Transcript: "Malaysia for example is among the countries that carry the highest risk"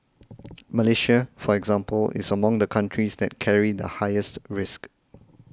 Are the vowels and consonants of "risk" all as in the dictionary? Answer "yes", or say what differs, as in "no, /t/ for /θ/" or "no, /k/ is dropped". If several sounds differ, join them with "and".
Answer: yes